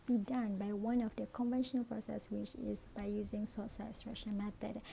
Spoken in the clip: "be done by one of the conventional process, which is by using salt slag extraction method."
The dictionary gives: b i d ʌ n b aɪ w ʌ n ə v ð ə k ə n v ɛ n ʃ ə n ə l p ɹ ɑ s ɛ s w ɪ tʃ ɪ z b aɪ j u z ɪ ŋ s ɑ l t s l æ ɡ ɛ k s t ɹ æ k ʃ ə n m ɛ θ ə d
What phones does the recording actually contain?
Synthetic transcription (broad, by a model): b i d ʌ n b aɪ w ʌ n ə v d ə k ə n v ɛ n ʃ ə n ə l p ɹ ɑ s ɛ s w ɪ tʃ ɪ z b aɪ j u z ɪ ŋ s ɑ t s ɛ s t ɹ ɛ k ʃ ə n m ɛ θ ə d